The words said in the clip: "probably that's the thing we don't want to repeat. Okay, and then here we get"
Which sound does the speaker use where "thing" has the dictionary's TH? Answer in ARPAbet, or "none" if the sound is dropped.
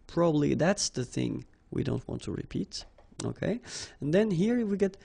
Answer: TH